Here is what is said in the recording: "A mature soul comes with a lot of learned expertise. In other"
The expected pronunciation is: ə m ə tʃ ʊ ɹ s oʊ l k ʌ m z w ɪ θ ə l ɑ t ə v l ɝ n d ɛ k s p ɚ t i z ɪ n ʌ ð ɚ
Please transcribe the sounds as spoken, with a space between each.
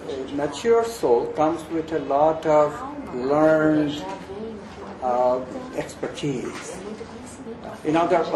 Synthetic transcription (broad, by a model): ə m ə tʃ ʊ ɹ s oʊ l k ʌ m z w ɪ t ə l ɑ t ə v l ɝ n d ɛ k s p ɚ t i z ɪ n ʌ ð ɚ